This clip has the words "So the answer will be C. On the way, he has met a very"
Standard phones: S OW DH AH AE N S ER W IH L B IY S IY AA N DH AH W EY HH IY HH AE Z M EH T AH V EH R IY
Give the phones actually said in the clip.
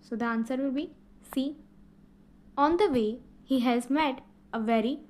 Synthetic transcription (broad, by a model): S OW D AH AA N S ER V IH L B IY S IY AA N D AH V EY HH IY HH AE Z M EH T AH V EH R IY